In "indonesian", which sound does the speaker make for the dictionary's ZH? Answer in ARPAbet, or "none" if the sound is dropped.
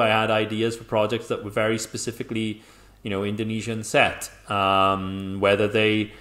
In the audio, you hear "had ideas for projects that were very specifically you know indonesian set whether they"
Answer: ZH